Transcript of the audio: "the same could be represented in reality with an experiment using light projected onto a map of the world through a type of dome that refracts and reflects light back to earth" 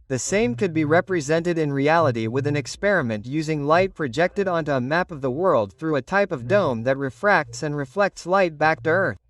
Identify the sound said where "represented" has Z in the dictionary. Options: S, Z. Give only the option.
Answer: Z